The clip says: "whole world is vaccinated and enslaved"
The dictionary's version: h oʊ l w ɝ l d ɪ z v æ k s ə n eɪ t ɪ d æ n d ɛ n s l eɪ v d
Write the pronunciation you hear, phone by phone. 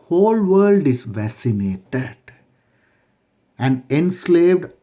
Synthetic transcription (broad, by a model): h oʊ l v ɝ l d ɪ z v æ s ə n eɪ t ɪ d æ n d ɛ n s l eɪ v d